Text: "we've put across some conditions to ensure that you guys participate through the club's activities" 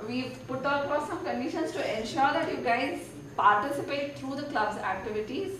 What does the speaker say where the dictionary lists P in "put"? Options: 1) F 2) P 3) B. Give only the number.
2